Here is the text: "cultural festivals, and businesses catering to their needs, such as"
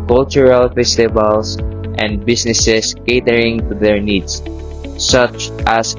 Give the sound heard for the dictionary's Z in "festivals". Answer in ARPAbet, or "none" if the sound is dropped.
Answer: S